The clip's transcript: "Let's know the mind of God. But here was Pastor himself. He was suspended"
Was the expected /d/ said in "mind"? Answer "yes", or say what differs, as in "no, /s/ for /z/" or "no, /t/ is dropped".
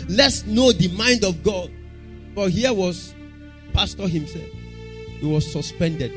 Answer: yes